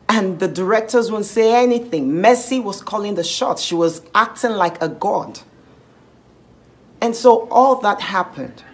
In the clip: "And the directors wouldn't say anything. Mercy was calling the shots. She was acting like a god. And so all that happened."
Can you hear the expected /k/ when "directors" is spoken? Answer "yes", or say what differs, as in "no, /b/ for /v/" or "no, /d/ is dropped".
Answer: yes